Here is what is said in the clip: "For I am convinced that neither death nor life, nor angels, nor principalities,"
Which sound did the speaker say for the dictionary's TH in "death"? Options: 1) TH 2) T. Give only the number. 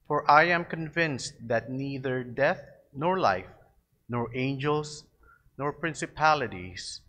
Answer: 1